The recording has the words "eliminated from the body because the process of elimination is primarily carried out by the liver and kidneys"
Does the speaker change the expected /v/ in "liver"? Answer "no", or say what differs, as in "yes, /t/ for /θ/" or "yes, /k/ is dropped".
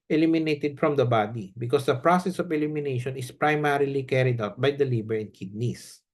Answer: yes, /b/ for /v/